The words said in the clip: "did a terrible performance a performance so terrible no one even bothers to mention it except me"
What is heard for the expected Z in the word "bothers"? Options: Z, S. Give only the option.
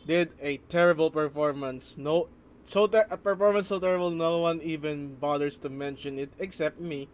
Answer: S